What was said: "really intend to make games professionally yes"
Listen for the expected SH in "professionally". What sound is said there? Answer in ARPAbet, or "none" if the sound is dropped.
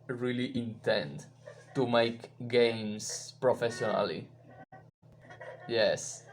S